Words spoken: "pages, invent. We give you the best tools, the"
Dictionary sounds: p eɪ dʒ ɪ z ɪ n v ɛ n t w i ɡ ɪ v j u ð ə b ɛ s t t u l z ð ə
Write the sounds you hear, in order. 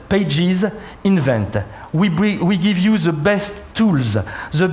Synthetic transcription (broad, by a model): p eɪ dʒ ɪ z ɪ n v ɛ n t w i ɡ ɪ v j u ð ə b ɛ s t t u l z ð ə